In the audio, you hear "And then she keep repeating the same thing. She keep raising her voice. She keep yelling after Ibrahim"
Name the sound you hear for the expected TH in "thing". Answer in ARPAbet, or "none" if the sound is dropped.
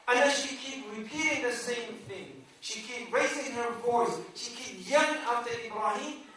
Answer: TH